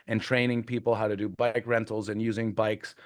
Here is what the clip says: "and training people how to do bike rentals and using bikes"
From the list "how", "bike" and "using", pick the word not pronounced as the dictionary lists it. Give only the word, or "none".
none